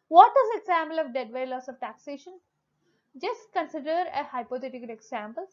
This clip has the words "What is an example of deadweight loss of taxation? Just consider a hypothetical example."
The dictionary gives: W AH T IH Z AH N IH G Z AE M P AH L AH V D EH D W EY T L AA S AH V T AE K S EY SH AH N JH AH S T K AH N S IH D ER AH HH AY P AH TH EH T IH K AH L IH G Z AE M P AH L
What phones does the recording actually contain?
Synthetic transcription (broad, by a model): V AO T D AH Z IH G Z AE M P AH L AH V D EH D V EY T L AA S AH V T AE K S EY SH AH N JH AH S T K AH N S IH D ER AH HH AY P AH T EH T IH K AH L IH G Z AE M P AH L